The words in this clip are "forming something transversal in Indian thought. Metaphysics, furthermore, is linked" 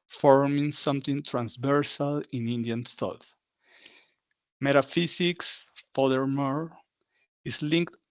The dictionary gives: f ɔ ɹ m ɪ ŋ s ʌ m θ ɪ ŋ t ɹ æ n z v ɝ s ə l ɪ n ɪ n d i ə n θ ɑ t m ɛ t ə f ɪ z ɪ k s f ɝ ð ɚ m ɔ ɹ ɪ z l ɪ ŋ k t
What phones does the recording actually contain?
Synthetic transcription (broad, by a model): f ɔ ɹ m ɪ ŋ s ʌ m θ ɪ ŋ t ɹ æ n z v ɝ s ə l ɪ n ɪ n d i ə n t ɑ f m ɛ t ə f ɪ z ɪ k s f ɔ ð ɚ m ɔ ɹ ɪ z l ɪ ŋ k t